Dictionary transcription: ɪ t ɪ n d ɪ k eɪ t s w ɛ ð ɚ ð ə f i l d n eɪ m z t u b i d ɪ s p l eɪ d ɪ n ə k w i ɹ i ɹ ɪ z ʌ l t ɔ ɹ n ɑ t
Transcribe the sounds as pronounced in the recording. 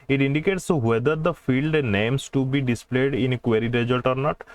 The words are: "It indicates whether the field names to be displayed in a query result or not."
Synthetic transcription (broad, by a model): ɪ t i n d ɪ k eɪ t s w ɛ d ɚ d ə f i l d n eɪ m s t u b i d ɪ s p l eɪ d ɪ n k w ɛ ɹ i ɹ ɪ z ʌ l t ɔ ɹ n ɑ t